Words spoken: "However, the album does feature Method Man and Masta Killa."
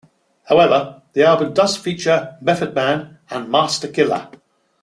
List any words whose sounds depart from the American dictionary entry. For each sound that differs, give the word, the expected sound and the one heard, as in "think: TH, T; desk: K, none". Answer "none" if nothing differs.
method: TH, F